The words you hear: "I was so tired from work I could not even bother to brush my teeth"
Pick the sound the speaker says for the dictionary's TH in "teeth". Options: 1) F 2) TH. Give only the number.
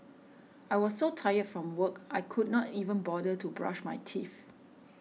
1